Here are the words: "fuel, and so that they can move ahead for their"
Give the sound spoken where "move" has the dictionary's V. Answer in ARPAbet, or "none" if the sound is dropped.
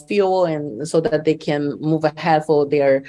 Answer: V